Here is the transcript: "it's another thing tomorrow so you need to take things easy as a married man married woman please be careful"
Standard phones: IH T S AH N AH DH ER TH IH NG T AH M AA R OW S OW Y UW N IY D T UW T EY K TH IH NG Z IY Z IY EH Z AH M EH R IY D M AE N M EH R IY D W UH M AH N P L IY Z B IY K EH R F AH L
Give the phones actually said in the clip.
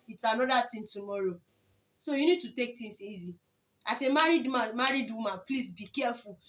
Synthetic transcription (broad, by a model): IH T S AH N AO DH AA T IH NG T AH M AA R OW S OW Y UW N IY D T UW T EY K T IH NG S IY Z IY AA S AH M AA R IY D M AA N M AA R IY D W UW M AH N P L IY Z B IY K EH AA F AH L